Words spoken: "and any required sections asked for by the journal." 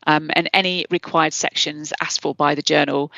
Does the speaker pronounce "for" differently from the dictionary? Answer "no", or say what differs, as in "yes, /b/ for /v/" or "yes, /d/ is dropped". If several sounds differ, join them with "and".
yes, /l/ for /ɹ/